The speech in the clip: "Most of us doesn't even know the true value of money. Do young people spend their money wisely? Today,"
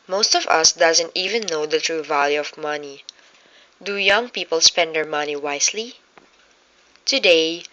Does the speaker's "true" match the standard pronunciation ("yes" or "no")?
yes